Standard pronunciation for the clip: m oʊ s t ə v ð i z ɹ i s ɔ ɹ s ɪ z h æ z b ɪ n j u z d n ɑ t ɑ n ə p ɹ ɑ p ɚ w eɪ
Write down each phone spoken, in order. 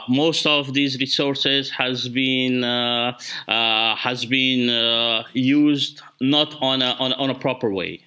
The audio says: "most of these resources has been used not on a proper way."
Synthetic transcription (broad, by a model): m oʊ s t ə v ð i z ɹ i s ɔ ɹ s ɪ z h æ z b ɪ n j u z d n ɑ t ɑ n ə p ɹ ɑ p ɚ w eɪ